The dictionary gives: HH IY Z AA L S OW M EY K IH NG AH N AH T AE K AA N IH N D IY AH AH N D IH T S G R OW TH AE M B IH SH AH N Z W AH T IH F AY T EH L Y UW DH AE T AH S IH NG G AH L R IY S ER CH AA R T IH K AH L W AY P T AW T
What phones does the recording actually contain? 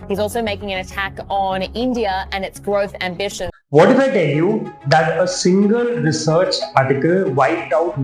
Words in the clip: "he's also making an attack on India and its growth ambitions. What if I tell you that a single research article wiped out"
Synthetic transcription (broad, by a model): HH IY Z AA L S OW M EY K IH NG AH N AH T AE K N IH N D IY AH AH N IH T S G R OW TH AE M B IH SH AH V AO T IH F AY T EH L Y UW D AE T AH S IH NG G AH L R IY S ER CH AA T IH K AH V AY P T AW T